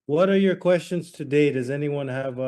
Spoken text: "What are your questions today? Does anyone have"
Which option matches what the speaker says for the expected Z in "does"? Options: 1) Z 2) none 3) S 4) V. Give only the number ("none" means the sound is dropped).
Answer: 1